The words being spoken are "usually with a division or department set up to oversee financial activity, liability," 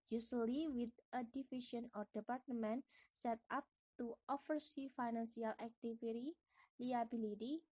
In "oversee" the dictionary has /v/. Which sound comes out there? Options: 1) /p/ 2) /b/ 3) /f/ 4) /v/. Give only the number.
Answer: 3